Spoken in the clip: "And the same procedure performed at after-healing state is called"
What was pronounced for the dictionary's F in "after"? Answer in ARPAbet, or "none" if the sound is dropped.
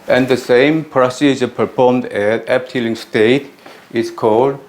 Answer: P